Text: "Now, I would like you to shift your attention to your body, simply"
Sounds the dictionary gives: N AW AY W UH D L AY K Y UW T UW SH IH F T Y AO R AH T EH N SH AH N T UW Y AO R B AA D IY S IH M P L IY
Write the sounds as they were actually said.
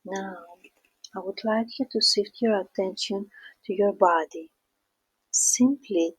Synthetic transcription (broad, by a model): N AW AY W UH D L AY K Y UW T UW S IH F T Y AO R AH T EH N SH AH N T UW Y AO R B AA D IY S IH M P L IY